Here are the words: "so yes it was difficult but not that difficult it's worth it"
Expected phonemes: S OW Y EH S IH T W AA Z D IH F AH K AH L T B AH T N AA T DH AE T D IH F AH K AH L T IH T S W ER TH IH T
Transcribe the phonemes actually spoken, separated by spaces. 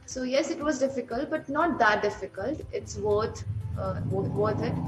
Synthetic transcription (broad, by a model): S OW Y EH S IH T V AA Z D IH F AH K AH L T B AH T N AA T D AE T D IH F AH K AH L T IH T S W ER T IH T